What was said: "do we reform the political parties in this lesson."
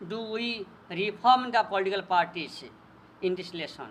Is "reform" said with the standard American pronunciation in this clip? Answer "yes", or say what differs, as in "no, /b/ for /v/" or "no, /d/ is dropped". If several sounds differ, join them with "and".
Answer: no, /p/ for /f/